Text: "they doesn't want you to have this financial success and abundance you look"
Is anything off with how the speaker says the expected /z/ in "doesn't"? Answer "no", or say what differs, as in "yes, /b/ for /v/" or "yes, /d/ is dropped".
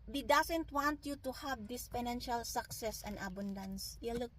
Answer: yes, /s/ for /z/